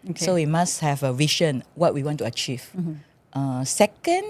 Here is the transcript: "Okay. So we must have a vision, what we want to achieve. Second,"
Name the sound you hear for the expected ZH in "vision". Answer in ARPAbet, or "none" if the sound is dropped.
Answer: SH